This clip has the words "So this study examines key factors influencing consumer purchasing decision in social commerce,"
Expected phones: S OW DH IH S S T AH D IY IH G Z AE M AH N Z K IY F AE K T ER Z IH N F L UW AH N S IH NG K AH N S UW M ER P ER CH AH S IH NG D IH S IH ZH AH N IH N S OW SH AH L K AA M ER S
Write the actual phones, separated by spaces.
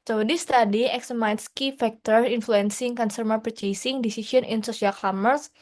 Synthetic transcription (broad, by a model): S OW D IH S S T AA D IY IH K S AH M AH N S K IY F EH K T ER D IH N F L UW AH N S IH NG K AH N S UW M ER P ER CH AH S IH NG D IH S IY S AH N IH N S OW S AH L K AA M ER S